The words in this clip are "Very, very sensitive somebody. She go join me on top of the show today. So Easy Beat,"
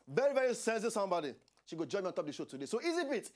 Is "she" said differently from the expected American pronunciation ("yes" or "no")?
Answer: no